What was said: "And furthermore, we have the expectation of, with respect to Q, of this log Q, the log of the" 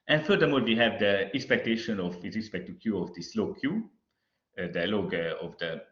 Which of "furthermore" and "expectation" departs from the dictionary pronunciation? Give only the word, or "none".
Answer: furthermore